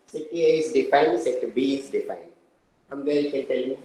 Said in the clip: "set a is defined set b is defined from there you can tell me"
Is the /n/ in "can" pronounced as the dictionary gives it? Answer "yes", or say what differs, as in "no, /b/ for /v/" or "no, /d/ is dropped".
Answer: no, /l/ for /n/